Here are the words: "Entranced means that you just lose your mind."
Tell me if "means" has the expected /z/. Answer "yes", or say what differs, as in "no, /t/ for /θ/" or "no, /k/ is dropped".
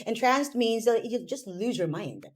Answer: yes